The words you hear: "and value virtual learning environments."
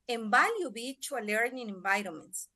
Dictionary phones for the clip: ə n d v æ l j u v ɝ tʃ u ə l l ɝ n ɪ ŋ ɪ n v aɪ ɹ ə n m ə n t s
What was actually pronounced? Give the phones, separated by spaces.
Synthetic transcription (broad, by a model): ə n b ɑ l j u b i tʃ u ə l l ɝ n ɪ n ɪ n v aɪ ɹ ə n m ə n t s